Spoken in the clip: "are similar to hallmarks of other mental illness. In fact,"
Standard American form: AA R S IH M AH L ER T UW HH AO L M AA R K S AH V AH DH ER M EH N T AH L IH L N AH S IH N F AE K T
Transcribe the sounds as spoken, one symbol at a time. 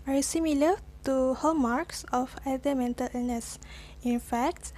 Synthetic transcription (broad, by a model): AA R S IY M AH L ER T UW HH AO M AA R K S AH F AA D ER M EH N T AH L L N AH S IH N F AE K T